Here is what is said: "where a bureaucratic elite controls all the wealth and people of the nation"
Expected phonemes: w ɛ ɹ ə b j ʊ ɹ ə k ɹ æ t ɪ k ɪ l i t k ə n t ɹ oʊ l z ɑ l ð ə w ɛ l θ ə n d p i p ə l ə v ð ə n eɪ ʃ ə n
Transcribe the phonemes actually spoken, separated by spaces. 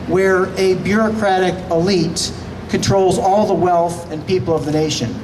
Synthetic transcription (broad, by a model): w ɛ ɹ ə b j ʊ ɹ ə k ɹ æ t ɪ k ɪ l i t k ə n t ɹ oʊ l z ɑ l ð ə w ɛ l θ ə n p i p l ə v ð ə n eɪ ʃ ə n